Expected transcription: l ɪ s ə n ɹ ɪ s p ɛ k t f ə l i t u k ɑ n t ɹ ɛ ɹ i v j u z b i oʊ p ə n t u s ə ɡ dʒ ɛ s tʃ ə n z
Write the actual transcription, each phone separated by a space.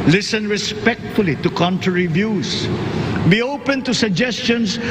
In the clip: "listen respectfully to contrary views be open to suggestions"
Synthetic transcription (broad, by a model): l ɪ s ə n ɹ ɪ s p ɛ k t f ə l i t u k ɑ n t ɹ ɛ ɹ i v j u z b i oʊ p ə n t u s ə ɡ dʒ ɛ s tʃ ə n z